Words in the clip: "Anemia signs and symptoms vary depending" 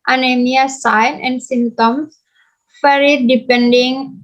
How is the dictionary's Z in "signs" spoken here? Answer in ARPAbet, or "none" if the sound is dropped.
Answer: none